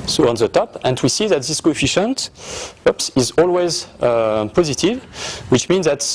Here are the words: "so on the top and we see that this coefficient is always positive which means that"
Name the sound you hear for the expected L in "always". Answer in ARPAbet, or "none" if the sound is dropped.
L